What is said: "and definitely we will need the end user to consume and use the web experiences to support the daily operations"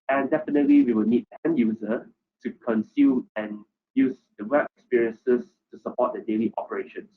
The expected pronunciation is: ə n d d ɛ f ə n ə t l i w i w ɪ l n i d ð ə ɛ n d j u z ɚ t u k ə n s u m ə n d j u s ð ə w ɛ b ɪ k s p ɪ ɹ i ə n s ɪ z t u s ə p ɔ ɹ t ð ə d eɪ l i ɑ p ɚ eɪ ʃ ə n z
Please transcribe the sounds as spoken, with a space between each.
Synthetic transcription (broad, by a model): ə n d d ɛ f ə n ə t l i w i w ɪ l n i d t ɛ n j u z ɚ t u k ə n s u m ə n j u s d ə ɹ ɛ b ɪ k s p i ɹ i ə n s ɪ s t u s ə p ɔ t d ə d eɪ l i ɑ p ɚ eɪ ʃ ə n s